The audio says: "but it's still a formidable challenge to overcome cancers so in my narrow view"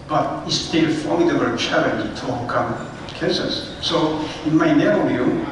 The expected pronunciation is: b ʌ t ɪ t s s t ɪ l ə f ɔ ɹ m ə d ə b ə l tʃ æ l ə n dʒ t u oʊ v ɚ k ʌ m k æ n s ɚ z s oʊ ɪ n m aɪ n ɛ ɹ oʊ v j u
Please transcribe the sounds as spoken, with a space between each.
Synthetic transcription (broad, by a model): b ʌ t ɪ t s s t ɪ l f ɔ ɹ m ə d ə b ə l tʃ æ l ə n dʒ t u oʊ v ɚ k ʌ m k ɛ s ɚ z s oʊ ɪ n m aɪ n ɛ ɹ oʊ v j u